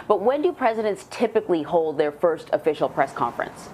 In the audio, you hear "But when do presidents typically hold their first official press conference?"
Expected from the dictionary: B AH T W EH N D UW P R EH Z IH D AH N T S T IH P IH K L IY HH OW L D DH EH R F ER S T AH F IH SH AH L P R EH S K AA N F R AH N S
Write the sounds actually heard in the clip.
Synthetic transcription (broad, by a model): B AH T W EH N D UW P R EH Z IH D AH N T S T IH P IH K L IY HH OW L D DH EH R F ER S T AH F IH SH L P R EH S K AA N F R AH N S